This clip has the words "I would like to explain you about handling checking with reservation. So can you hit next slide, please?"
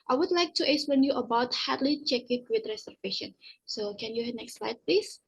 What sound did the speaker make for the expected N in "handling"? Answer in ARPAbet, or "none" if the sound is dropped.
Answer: none